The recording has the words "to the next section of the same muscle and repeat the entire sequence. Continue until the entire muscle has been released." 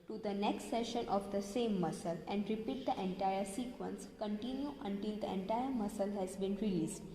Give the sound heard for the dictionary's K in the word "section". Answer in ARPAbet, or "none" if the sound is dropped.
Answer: none